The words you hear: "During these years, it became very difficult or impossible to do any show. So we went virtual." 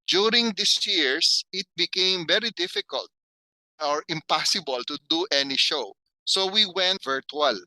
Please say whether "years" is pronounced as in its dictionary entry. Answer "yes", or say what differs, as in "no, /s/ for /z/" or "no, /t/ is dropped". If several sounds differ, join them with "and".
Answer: no, /s/ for /z/